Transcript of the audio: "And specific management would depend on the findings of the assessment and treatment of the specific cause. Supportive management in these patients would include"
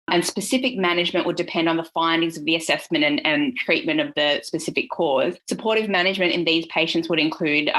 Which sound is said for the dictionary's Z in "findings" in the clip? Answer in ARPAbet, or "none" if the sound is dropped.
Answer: Z